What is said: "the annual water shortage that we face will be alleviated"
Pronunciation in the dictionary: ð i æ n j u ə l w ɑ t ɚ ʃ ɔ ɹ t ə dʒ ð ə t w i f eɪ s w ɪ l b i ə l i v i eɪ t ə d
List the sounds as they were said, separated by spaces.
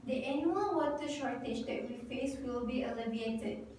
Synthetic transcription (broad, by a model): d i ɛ n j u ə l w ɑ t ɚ ʃ ɔ ɹ t ə dʒ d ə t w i f eɪ s w ɪ l b i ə l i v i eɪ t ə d